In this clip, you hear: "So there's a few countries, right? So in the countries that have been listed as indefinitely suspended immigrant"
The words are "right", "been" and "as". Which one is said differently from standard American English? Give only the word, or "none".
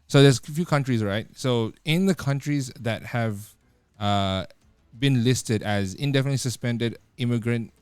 none